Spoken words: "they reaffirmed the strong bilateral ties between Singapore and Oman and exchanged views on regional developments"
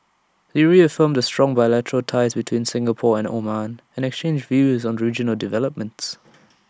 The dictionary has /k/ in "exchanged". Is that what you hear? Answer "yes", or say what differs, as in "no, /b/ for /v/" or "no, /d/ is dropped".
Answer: yes